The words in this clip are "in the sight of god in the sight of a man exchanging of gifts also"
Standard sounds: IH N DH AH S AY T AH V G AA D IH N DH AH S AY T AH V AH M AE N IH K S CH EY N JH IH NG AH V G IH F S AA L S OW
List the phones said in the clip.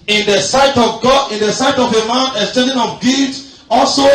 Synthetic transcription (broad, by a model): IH N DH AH S AY T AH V G AA D IH N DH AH S AY T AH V AH M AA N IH S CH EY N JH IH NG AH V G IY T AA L S OW